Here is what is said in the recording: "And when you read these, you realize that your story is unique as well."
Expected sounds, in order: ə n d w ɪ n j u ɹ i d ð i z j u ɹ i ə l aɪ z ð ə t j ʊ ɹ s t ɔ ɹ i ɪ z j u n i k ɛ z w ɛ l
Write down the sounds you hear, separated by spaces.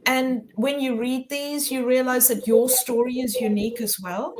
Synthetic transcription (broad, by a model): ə n w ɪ n j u ɹ i d ð i z j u ɹ i ə l aɪ z ð ə t j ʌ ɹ s t ɔ ɹ i ɪ z j u n i k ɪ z w ɛ l